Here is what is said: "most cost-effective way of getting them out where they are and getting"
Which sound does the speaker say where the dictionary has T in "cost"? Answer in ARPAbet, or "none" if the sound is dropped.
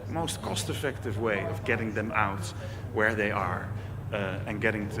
T